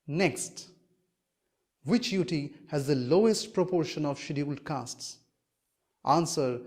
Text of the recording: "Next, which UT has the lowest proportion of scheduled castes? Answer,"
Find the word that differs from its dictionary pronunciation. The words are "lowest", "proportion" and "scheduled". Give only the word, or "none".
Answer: scheduled